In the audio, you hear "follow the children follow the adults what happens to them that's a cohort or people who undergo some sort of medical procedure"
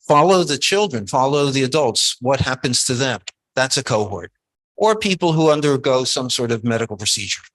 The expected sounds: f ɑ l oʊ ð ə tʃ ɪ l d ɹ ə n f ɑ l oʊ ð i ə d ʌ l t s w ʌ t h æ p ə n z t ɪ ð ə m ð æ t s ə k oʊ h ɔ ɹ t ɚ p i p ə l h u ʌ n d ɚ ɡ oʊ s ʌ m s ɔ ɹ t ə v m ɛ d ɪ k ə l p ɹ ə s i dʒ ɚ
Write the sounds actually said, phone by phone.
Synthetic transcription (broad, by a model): f ɑ l oʊ ð ə tʃ ɪ l d ɹ ə n f ɑ l oʊ ð i ə d ʌ l t s w ʌ t h æ p ə n z t ɪ ð ə m ð æ t s ə k oʊ h ɔ ɹ t ɚ p i p l h u ʌ n d ɚ ɡ oʊ s ʌ m s ɔ ɹ t ə v m ɛ d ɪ k l p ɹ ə s i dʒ ɚ